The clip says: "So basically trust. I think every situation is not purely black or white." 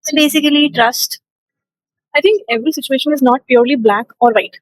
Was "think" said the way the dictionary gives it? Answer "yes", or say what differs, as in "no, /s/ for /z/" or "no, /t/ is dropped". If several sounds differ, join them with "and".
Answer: no, /t/ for /θ/